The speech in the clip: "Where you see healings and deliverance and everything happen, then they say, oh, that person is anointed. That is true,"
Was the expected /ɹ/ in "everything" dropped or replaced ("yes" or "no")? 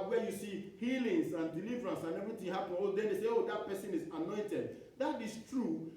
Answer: yes